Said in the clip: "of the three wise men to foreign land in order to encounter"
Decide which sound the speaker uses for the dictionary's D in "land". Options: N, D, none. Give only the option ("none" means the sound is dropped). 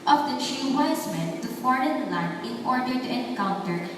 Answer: none